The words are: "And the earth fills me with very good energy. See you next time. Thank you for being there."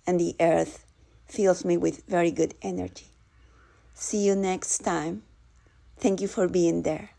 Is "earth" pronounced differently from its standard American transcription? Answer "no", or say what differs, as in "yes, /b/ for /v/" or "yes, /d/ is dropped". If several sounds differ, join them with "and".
no